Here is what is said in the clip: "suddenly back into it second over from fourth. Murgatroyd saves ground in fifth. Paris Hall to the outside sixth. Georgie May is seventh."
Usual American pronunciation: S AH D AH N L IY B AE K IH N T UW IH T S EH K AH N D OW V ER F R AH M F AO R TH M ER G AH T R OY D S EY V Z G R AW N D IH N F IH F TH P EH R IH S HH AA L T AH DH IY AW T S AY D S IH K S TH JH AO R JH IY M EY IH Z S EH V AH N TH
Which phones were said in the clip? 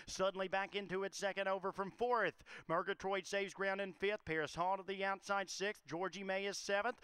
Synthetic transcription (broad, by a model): S AH D N L IY B AE K IH N T UW IH T S EH K AH N D OW V ER F R AH M F AO R TH M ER G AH T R OY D S EY V Z G R AW N D IH N F IH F TH P EH R IH S HH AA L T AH DH IY AW T S AY D S IH K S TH JH AO R JH IY M EY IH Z S EH V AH N TH